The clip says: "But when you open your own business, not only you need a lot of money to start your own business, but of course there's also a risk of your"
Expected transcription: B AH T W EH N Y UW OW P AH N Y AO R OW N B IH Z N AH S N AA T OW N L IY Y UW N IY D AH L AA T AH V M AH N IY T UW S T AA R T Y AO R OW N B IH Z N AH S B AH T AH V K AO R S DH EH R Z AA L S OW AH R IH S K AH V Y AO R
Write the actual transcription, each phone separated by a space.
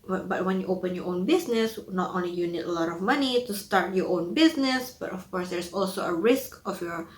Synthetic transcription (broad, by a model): B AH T W EH N Y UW OW P AH N Y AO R OW N B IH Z N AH S N AA T OW N L IY Y UW N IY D AH L AA T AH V M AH N IY T UW S T AA R T Y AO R OW N B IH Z N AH S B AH T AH F K AO R S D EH R S AA L S OW AH R IH S K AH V Y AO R